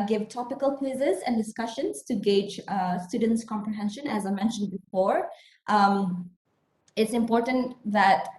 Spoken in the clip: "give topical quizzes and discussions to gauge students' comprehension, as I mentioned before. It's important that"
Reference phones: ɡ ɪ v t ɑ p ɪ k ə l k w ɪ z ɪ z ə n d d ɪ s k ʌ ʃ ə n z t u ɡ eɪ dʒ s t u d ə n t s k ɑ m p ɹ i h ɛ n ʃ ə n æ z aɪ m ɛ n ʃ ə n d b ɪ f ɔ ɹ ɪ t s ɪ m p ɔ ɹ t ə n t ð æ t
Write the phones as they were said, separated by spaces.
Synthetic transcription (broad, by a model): ɡ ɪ v t ɑ p ɪ k ə l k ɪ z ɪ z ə n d d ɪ s k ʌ ʃ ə n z t u ɡ eɪ dʒ s t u d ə n t s k ɑ m p ɹ i h ɛ n ʃ ə n æ z aɪ m ɛ n ʃ ə n d b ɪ f ɔ ɹ ɪ t s ɪ m p ɔ ɹ t ə n t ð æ t